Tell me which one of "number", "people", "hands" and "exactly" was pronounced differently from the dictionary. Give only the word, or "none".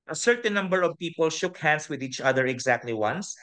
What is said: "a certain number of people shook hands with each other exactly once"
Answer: hands